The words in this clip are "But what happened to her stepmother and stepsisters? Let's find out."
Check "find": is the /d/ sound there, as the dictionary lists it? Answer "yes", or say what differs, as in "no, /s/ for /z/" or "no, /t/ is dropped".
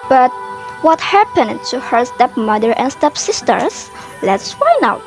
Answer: no, /d/ is dropped